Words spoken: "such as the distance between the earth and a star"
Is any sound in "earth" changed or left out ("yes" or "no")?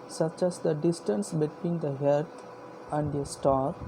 yes